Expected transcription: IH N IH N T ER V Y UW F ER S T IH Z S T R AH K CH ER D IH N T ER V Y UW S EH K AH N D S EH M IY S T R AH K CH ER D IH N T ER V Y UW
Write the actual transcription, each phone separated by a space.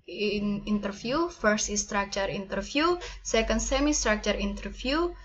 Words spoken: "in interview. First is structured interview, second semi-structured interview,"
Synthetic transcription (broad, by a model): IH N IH N T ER F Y UW F ER S T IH S T R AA K CH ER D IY N T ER F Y UW S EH K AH N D S EH M IY S T R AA K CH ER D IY N T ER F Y UW